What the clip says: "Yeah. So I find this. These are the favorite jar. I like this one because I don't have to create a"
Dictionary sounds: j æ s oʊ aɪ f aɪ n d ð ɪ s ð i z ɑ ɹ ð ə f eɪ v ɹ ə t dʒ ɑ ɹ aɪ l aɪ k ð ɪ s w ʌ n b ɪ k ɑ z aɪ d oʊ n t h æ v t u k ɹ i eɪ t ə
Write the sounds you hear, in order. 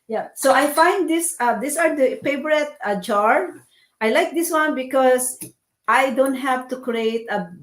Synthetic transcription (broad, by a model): j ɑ s oʊ aɪ f aɪ n d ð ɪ s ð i s ɑ ɹ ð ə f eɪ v ɹ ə t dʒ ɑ ɹ aɪ l aɪ k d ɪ s w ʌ n b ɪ k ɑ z aɪ d oʊ n t h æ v t u k ɹ i eɪ t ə